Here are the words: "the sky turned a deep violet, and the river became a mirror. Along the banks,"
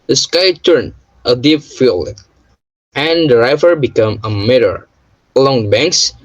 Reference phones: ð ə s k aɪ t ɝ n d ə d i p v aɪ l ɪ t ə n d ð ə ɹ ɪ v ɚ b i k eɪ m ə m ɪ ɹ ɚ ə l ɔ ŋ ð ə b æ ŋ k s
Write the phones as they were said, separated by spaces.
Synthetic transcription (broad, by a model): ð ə s k aɪ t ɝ n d ə d i p f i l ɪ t ə n d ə ɹ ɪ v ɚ b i k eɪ m ə m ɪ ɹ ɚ ə l ɔ ŋ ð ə b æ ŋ k s